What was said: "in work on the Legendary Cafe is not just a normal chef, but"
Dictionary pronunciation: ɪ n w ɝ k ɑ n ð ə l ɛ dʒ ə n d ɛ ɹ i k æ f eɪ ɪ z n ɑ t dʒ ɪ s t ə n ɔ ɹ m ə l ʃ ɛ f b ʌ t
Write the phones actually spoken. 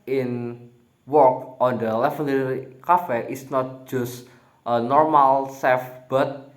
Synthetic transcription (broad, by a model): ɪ n w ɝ k ɑ n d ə l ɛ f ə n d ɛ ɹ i k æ f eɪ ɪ s n ɑ t dʒ ɪ s t ə n ɔ ɹ m ə l s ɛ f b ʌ t